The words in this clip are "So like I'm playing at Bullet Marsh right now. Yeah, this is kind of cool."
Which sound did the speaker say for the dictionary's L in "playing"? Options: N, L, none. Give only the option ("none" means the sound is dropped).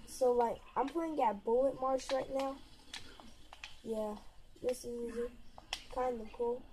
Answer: none